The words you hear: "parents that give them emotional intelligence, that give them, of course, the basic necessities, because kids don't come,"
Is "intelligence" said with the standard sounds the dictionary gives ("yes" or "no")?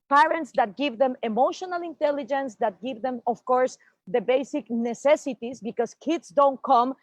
yes